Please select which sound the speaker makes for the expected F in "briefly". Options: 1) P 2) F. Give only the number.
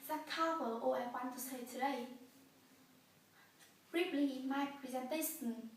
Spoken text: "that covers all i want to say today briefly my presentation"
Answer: 1